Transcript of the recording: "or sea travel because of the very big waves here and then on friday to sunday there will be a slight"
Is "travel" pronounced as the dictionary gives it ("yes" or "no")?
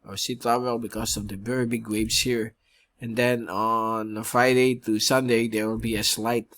no